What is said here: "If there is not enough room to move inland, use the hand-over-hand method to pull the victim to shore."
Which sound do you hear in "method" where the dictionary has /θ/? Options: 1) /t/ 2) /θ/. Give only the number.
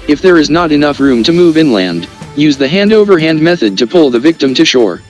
2